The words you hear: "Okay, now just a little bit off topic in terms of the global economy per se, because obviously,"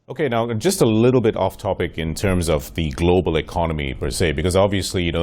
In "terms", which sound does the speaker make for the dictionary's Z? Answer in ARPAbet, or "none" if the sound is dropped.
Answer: Z